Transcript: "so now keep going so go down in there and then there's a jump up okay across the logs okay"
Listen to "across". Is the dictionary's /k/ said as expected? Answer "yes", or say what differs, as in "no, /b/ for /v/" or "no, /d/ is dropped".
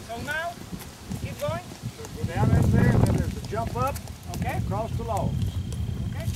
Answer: yes